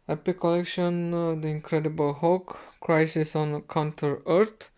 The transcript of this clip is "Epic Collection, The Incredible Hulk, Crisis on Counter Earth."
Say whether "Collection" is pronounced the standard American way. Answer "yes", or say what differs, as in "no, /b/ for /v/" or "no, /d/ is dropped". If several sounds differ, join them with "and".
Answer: yes